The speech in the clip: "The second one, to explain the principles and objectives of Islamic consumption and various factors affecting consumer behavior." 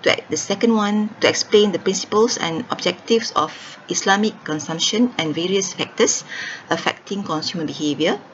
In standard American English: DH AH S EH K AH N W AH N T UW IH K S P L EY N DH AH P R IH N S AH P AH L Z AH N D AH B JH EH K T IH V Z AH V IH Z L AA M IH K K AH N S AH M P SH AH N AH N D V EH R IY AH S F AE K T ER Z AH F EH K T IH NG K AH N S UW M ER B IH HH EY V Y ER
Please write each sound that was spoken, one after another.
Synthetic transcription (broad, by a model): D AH S EH K AH N W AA N T UW IH K S P L EY N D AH P R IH N S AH P AH L S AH N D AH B JH EH K T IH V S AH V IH S L AA M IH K K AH N S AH M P SH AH N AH N V EH R IY AH S F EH K T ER S AH F EH K T IH NG K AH N S UW M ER B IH HH EY V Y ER